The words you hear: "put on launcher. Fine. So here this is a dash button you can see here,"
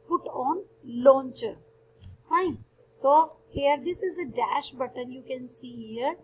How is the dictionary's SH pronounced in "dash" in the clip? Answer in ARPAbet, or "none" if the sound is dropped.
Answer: SH